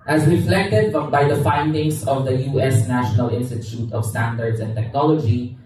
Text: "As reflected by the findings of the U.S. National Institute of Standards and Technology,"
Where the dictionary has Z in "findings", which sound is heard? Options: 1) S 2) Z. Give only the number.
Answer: 1